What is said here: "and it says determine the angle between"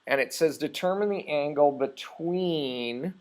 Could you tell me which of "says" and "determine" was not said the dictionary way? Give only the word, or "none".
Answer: none